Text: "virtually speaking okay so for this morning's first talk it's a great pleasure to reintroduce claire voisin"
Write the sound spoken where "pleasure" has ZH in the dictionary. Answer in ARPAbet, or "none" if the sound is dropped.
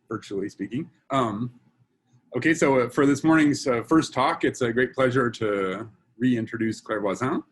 ZH